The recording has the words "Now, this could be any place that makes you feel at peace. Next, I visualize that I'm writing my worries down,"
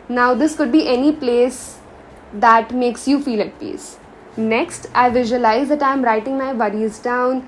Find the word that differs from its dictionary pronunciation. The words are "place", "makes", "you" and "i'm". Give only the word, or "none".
none